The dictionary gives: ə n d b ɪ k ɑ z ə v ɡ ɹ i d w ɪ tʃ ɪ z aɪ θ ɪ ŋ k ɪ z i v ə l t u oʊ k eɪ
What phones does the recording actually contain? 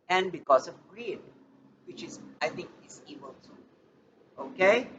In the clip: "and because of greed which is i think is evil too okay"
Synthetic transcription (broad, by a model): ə n b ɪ k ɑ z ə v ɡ ɹ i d w ɪ tʃ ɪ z aɪ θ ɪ ŋ k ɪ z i b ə l t u oʊ k eɪ